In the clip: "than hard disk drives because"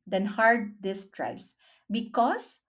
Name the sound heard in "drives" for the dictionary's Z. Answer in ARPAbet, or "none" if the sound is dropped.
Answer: S